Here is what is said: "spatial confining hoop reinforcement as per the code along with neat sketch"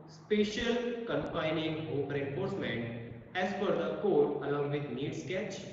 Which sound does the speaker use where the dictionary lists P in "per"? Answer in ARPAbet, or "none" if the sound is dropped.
F